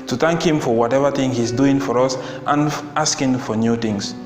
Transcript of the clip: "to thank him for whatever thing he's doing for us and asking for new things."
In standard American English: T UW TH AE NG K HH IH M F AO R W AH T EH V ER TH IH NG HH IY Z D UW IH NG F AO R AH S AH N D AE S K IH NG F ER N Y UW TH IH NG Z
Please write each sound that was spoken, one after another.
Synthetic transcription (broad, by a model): T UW TH AE NG K HH IH M F AO R W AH T EH V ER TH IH NG HH IY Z D UW IH NG F AO R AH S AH N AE S K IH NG F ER N Y UW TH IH NG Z